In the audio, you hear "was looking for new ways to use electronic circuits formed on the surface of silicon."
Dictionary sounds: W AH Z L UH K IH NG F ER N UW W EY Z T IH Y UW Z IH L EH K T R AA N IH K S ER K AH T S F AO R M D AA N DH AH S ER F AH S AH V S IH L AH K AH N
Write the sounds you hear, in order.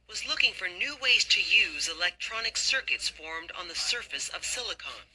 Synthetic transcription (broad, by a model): W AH Z L UH K IH NG F ER N UW W EY Z T IH Y UW Z IH L EH K T R AA N IH K S ER K AH T S F AO R M D N DH AH S ER F AH S AH V S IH L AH K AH N